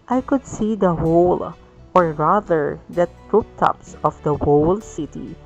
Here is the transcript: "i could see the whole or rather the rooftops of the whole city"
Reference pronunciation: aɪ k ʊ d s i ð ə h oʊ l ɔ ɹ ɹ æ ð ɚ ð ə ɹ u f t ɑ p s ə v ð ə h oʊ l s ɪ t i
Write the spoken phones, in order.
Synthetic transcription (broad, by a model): aɪ k ʊ d s i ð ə h oʊ l ɔ ɹ ɹ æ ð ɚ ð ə ɹ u p t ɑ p s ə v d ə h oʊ l s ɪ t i